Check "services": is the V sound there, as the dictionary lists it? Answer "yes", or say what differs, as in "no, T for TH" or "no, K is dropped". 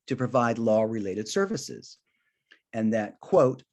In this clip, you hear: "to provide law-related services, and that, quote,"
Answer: yes